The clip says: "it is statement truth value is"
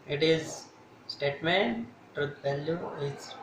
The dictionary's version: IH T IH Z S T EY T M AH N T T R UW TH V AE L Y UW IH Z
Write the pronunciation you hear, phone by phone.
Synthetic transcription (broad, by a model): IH T IH Z S T EY T M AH N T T R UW T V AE L Y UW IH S